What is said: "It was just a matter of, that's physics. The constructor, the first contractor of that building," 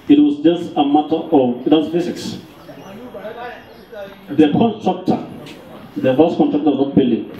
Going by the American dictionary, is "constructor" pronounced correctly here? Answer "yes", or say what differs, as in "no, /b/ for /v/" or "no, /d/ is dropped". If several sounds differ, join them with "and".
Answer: no, /n/ is dropped